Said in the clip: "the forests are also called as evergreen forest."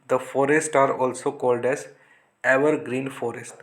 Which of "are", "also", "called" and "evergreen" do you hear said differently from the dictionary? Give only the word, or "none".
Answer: none